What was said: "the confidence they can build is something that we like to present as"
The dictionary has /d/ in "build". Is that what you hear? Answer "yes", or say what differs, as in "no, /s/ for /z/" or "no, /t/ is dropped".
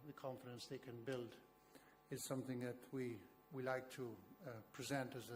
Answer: yes